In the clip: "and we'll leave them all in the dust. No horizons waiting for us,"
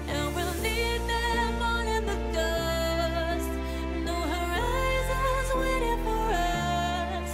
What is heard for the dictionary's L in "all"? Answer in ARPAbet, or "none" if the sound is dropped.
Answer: N